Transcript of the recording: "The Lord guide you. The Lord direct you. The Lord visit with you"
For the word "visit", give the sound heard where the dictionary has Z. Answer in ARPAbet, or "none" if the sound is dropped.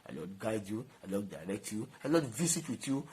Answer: S